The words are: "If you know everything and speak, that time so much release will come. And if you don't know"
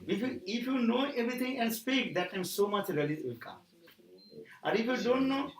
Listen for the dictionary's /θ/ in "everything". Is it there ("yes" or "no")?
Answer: no